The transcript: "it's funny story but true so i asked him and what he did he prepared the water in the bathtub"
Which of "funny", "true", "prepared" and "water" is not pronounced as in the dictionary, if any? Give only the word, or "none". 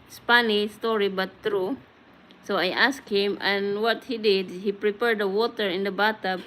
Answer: funny